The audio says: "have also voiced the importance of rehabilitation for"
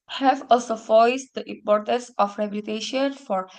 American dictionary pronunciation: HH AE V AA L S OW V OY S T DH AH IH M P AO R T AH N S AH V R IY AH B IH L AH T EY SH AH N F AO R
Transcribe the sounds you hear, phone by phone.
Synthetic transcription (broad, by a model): HH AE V AA L S OW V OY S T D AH IH M P AO R T AH N S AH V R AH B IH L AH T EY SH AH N F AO R